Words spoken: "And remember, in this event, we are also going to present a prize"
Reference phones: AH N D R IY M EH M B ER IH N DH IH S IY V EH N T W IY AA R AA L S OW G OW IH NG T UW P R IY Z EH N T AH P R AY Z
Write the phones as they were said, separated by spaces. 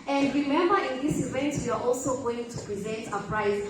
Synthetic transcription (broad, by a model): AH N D R IY M EH M B ER IH N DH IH S IY V EH N T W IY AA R AA L S OW G OW IH NG T UW P R IY Z EH N T AH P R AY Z